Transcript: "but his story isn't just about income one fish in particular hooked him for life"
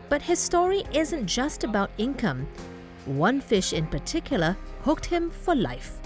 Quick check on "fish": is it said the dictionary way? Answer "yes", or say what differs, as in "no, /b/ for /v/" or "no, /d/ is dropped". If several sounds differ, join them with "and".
yes